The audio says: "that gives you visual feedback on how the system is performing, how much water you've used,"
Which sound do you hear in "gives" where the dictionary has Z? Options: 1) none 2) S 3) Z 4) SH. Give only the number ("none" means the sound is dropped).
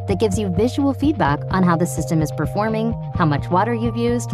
3